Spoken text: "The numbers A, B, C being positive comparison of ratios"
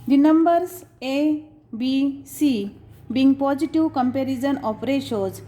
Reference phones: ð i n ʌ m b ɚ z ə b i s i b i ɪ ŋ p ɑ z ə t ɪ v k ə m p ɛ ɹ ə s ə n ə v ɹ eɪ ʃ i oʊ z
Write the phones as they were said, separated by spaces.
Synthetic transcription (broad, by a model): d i n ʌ m b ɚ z ə b i s i b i ŋ p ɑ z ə t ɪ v k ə m p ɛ ɹ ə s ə n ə p ɹ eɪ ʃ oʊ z